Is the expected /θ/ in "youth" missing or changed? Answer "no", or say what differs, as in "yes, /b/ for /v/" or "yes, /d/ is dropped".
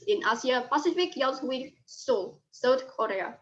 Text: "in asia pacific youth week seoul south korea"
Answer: yes, /s/ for /θ/